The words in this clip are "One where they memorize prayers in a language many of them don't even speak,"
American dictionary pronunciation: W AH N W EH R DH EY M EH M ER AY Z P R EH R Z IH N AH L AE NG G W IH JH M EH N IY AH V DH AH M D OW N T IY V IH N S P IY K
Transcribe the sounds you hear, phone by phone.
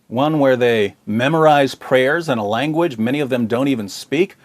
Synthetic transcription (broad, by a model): W AH N W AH R DH EY M EH M ER AY Z P R EH R Z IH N AH L AE NG G W IH JH M EH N IY AH V DH AH M D OW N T IY V IH N S P IY K